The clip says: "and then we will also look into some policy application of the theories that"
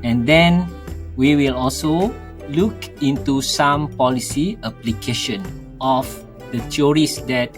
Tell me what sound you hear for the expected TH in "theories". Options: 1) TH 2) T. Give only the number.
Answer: 2